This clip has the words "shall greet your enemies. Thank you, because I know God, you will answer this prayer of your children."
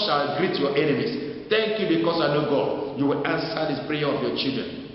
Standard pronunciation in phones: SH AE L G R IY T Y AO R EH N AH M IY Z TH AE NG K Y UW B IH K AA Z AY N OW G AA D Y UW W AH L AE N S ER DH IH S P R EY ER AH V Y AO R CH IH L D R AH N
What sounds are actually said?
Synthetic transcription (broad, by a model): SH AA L G R IY T Y AO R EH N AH M IY S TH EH NG K Y UW B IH K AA S AY N OW G AA D Y UW W AH L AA N S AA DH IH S P R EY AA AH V Y AO CH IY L D R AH N